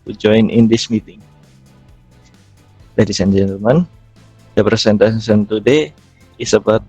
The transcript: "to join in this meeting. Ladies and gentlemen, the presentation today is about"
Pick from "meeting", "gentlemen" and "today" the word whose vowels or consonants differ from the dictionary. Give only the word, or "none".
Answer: gentlemen